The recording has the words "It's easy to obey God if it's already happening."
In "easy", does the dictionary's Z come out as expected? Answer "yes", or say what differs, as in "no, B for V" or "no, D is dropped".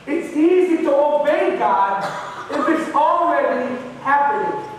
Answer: yes